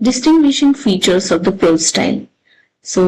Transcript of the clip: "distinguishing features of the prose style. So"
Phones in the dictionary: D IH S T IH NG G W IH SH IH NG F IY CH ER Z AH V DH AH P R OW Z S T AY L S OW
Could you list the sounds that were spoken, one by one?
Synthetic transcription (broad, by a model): D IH S T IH NG G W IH SH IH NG F IY CH ER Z AH V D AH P OW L S T AY L S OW